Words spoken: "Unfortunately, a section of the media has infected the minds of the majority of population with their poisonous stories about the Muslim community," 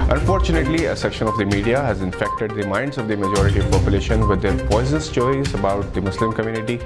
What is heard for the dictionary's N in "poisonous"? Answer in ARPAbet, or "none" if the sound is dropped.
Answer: none